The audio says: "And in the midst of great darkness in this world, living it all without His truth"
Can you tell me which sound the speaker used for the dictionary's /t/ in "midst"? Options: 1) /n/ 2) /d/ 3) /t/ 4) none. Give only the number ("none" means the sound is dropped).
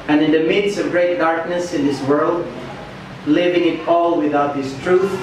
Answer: 4